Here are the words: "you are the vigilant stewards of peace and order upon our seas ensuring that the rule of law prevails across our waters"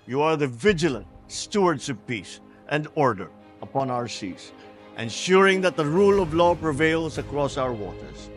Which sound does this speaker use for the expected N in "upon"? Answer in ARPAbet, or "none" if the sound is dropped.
N